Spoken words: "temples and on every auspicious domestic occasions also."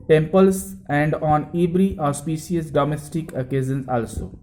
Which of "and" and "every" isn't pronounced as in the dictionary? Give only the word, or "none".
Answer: every